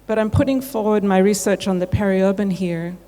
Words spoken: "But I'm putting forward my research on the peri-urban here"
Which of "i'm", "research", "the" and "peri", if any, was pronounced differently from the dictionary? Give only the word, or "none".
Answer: none